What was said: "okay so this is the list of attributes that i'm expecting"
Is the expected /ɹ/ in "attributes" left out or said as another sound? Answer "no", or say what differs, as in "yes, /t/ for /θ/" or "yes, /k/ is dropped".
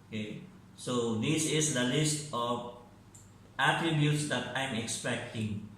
no